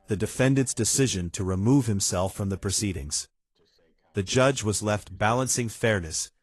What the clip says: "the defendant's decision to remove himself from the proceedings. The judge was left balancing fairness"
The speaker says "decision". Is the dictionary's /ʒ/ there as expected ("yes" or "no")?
yes